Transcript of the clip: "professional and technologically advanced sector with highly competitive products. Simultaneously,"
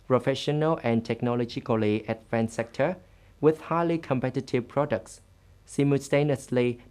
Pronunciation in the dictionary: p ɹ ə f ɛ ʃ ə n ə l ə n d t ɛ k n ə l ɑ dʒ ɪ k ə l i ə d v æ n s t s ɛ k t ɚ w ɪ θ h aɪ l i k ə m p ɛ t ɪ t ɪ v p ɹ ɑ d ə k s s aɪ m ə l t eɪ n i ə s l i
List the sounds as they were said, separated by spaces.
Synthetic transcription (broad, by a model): p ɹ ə f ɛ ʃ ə n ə l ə n t ɛ k n ə l ɑ dʒ ɪ k ə l i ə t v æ n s s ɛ k t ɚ w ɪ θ h aɪ l i k ə m p ɛ t ɪ t ɪ v p ɹ ɑ d ə k s s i m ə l t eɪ n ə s l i